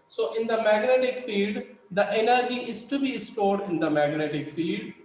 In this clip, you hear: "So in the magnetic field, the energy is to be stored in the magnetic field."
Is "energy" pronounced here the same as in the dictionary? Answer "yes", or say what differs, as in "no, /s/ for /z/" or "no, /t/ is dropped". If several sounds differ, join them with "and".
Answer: yes